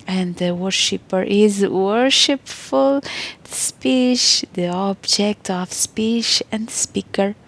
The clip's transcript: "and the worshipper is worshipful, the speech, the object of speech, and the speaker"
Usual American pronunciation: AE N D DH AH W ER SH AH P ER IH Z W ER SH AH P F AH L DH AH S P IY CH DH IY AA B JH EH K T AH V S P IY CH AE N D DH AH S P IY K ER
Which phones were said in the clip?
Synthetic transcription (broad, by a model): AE N D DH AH W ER SH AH P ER IH Z W ER SH AH P F AH L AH S P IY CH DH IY AA B JH EH K T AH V S P IY CH AE N D S P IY K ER